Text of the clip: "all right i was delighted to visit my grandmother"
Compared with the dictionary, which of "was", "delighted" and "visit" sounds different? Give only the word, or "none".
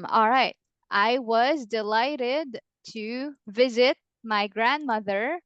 none